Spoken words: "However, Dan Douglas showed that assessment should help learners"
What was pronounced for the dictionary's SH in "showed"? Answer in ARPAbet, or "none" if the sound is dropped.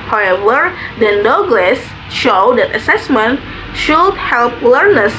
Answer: SH